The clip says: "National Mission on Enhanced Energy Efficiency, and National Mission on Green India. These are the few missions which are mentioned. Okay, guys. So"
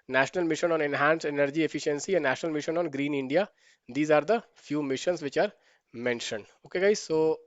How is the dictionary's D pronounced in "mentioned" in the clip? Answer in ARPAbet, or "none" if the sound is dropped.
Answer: D